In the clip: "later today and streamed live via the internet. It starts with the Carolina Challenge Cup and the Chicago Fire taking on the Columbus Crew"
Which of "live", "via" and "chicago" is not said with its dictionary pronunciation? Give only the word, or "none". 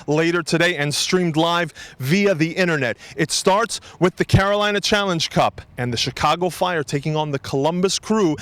none